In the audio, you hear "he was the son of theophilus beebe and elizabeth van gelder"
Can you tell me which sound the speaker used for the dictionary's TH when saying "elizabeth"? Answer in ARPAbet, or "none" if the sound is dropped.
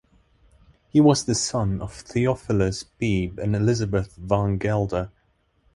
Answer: TH